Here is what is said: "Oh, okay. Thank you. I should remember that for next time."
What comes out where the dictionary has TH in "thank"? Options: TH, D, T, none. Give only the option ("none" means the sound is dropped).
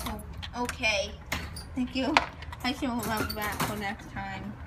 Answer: TH